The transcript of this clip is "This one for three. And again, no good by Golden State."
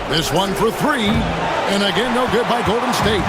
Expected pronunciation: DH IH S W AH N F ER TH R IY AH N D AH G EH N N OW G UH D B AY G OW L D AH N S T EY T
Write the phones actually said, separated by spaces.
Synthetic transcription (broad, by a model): DH IH S W AH N F ER TH R IY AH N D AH G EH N N OW G UH D B AY G OW L D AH N S T EY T